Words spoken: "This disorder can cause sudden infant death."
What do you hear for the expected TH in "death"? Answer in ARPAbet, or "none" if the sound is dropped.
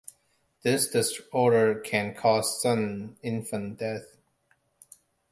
TH